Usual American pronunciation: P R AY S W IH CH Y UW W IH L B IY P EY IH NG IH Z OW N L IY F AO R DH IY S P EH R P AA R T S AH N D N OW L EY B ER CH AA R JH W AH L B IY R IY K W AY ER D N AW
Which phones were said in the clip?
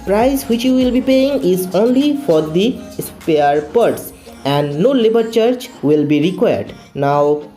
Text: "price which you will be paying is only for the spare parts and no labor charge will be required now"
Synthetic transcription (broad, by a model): P R AY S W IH CH Y UW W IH L B IY P EY IH NG IH Z OW N L IY F AO R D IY S P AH R P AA R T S AH N D N OW L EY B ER CH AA R CH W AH L B IY R IY K W AY ER D N AW